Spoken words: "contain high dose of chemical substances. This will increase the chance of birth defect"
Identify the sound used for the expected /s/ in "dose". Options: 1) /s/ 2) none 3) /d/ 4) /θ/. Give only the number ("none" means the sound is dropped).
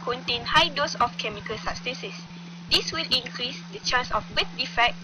1